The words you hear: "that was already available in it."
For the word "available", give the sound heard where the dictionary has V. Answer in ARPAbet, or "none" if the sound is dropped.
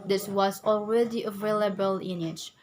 V